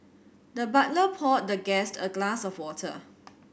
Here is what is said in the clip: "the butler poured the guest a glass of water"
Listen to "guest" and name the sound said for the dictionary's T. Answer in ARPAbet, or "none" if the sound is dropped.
T